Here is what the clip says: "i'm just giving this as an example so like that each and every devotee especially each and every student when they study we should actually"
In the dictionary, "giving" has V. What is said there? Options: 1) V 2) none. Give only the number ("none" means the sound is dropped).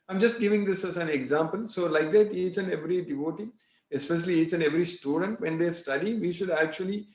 1